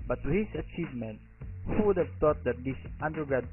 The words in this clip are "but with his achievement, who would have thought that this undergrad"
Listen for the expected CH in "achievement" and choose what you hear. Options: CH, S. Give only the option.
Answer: CH